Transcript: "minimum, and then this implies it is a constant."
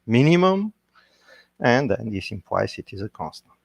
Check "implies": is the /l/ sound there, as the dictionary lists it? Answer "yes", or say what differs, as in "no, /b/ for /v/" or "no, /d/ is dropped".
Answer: no, /w/ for /l/